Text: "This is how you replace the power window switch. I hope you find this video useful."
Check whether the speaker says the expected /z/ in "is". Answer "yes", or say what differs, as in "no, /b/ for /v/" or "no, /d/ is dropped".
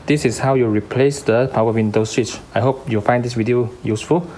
no, /s/ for /z/